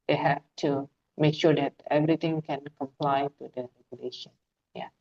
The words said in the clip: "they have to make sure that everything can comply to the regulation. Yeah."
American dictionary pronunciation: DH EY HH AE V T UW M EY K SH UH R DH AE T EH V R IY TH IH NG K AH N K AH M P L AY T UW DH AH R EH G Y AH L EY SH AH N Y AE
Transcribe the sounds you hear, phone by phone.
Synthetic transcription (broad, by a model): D EY HH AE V T UW M EY K SH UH R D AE T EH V R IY T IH NG K AH N K AH M P L AY T UW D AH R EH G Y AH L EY SH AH N Y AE